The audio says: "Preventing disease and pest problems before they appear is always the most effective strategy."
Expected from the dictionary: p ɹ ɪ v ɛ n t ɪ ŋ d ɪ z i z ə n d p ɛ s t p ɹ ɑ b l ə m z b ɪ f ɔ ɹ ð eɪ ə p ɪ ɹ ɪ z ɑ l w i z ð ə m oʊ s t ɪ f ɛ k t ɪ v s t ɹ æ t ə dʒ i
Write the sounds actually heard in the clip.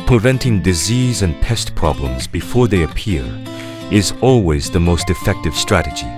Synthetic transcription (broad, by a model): p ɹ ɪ v ɛ n t ɪ ŋ d ɪ z i z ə n p ɛ s t p ɹ ɑ b l ə m z b ɪ f ɔ ɹ ð eɪ ə p ɪ ɹ ɪ z ɑ l w i z ð ə m oʊ s t ɪ f ɛ k t ɪ v s t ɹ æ t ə dʒ i